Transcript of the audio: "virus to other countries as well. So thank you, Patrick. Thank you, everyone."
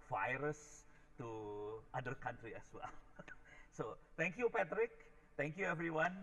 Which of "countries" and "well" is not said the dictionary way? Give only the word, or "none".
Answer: countries